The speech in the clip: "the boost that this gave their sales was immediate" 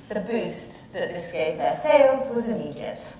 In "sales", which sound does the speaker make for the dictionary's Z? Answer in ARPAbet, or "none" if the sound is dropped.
Z